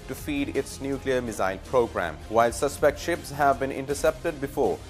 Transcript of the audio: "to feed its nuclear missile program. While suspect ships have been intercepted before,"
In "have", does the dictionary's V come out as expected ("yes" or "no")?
yes